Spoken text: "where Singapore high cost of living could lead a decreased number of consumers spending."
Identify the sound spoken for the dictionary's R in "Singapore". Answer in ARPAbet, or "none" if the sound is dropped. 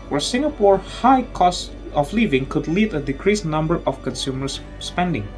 R